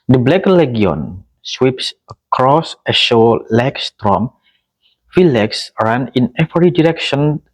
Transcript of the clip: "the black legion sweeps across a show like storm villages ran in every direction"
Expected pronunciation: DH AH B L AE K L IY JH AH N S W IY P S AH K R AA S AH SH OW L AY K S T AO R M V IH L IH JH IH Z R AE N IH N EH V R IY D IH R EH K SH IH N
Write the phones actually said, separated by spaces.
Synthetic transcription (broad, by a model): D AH B L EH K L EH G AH N S W IY P S AH K R AA S AH SH OW L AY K S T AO M F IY L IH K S R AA N IH N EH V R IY D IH R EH K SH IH N